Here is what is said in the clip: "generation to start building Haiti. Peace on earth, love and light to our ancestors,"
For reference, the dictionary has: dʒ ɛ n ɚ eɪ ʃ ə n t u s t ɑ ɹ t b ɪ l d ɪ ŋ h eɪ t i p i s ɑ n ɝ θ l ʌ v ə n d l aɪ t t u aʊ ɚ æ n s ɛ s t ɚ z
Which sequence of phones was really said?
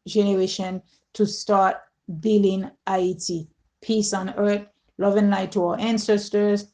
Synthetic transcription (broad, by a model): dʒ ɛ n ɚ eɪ ʃ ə n t u s t ɑ ɹ t b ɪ l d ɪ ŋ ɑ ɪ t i p i s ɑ n ɝ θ l ʌ v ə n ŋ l aɪ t t u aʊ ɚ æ n s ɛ s t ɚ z